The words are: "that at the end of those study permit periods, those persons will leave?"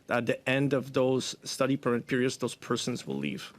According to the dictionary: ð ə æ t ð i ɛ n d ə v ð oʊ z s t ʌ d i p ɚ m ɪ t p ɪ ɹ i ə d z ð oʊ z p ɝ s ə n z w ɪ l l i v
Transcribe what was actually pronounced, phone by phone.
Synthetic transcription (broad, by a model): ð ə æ t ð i ɛ n d ə v ð oʊ z s t ʌ d i p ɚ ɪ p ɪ ɹ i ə d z ð oʊ z p ɝ s ə n z w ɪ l l i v